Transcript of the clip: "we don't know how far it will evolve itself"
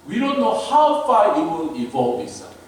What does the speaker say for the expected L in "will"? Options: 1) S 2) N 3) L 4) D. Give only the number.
2